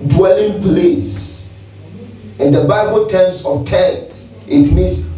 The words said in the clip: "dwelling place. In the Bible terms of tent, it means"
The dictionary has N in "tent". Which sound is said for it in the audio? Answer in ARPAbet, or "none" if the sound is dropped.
none